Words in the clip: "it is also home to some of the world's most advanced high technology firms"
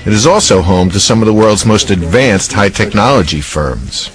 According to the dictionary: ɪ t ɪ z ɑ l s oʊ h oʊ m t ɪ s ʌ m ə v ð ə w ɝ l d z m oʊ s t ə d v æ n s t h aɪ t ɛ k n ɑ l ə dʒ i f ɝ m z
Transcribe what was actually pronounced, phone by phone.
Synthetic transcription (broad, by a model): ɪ t ɪ z ɑ l s oʊ h oʊ m t ɪ s ʌ m ə v ð ə w ɝ l d z m oʊ s t ə d v æ n s t h aɪ t ɛ k n ɑ l ə dʒ i f ɝ m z